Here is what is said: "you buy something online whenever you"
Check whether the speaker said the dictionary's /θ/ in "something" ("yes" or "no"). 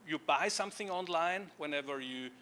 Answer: yes